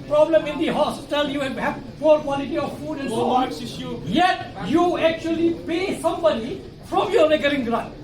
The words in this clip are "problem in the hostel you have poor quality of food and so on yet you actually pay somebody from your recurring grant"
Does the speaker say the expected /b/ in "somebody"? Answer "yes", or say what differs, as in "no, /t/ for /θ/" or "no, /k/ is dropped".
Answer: yes